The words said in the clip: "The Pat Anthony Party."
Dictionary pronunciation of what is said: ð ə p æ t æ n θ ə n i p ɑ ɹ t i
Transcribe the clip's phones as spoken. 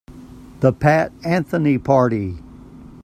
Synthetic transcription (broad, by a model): ð ə p æ t æ n θ ə n i p ɑ ɹ t i